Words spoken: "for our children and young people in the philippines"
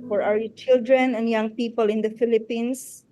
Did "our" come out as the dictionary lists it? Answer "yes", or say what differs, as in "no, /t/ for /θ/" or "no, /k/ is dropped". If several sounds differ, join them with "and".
no, /w/ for /ɹ/